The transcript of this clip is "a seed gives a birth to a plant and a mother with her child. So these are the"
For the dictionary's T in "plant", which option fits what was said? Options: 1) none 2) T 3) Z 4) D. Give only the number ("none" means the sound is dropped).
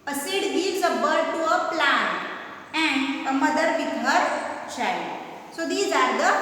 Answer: 1